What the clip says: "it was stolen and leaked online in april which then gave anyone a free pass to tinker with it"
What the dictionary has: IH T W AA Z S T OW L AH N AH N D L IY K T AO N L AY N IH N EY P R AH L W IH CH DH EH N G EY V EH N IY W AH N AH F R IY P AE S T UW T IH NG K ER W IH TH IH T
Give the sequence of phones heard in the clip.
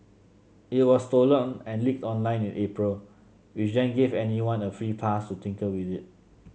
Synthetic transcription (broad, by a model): IH T W AA S T OW L AH N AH N L IY K T AO N L AY N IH N EY P R AH L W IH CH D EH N G EY V EH N IY W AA N AH F R IY P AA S T UW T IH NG K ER W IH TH IH T